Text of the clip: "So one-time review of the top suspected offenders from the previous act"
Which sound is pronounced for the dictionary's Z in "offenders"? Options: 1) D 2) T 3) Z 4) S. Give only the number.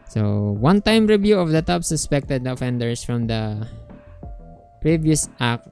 4